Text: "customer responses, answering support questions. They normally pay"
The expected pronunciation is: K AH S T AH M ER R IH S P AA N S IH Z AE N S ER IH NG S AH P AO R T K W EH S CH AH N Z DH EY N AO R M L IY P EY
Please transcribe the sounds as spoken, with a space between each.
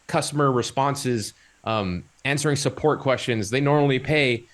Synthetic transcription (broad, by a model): K AH S T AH M ER R IH S P AA N S IH Z AE N S ER IH NG S AH P AO R T K W EH S CH AH N Z DH EY N AO R M L IY P EY